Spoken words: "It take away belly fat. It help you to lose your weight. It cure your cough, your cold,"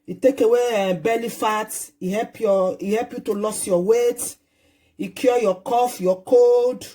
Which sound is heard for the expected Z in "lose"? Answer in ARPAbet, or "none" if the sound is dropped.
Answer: S